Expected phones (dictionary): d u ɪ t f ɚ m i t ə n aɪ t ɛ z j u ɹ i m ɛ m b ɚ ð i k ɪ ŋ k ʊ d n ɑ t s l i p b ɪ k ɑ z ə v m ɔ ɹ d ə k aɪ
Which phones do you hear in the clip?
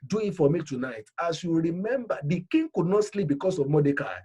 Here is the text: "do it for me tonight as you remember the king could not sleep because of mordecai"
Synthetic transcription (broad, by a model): d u ɪ t f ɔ m i t ə n aɪ t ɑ s j u ɹ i m ɛ m b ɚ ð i k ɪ ŋ k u d n ɑ t s l i p b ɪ k ɑ s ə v m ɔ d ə k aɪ